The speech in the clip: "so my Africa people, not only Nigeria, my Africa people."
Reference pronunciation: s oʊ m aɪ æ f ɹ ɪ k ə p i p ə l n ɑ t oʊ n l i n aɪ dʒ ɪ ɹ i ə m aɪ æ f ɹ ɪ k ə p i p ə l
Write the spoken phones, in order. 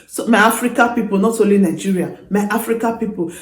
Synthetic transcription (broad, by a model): s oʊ m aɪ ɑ f ɹ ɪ k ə p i p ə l n ɑ t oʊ l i n aɪ dʒ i ɹ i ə m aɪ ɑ f ɹ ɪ k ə p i p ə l